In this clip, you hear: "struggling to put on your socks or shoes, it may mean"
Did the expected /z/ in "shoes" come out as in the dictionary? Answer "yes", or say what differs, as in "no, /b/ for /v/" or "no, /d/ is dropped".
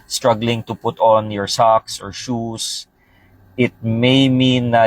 no, /s/ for /z/